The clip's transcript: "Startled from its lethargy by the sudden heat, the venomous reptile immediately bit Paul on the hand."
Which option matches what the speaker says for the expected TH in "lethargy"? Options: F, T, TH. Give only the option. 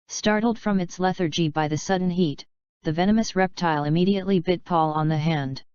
TH